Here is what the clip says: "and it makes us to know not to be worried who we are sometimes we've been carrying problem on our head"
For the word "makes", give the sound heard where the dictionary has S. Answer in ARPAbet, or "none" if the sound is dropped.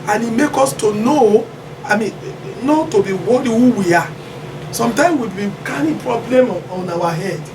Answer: none